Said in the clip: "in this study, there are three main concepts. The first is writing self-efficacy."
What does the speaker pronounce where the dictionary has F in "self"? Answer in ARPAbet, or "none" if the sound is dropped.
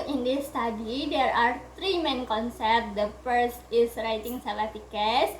none